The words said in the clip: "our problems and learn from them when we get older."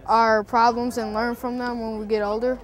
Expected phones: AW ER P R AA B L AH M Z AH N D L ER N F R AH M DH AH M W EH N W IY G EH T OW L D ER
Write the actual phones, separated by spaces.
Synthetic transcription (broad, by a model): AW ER P R AA B L AH M Z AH N L ER N F R AH M DH AH M W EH N W IY G EH T OW L D ER